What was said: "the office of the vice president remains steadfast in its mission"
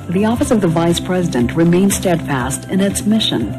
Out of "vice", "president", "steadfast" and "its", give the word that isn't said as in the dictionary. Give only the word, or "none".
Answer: none